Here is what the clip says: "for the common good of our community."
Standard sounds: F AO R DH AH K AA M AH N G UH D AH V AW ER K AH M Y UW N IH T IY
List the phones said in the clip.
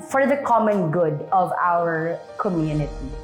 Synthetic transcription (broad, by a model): F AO R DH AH K AA M AH N G UH D AH V AW ER K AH M Y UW N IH T IY